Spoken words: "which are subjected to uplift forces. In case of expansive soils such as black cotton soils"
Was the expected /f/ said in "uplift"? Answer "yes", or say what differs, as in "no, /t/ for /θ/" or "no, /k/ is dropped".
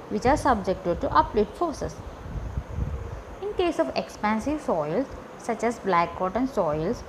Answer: no, /f/ is dropped